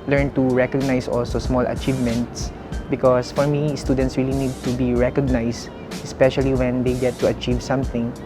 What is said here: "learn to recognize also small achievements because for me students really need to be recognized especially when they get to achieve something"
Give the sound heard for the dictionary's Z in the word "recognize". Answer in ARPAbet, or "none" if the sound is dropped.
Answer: S